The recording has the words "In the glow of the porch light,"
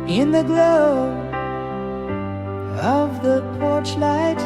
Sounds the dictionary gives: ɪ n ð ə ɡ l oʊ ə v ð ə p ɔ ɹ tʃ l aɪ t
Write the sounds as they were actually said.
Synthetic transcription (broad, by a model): ɪ n ð ə ɡ l oʊ ə v ð ə p ɔ ɹ tʃ l aɪ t